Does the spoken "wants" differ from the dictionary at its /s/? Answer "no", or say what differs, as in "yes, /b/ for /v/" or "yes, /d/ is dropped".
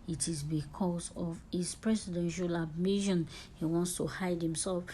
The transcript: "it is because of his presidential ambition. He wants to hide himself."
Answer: no